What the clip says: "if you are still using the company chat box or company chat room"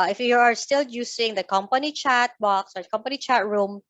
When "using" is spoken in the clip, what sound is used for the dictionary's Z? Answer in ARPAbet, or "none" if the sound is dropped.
S